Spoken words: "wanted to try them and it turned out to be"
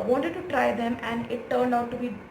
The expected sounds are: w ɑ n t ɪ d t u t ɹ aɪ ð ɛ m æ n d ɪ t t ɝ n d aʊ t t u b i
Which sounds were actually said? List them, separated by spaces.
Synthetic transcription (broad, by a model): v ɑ n t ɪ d t u t ɹ aɪ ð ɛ m æ n d ɪ t t ɝ n d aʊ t t u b i